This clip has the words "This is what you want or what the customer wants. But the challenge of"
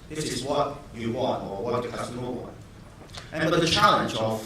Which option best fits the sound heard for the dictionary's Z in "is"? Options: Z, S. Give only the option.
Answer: Z